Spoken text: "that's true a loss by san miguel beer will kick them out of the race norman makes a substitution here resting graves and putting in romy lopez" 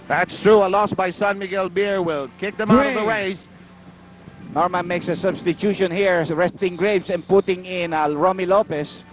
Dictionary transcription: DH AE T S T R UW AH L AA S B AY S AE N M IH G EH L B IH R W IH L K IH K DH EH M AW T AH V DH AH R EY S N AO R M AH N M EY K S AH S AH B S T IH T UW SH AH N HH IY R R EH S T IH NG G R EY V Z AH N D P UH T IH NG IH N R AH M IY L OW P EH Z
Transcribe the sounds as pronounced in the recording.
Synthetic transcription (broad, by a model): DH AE T S T R UW AH L AA S B AY S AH N M IH G EH L B IH R W IH L K IH K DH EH M AW T AH V DH AH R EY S N AO R M AH N M EY K S AH S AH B S T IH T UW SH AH N HH IY R R EH S T IH NG G R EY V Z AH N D P UH T IH NG IH N R AH M IY L OW P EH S